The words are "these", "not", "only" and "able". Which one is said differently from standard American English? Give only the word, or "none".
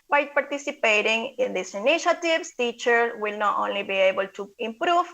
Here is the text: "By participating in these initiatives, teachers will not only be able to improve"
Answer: these